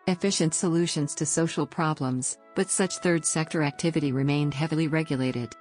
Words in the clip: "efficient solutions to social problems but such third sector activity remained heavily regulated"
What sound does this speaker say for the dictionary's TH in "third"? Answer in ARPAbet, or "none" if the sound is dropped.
TH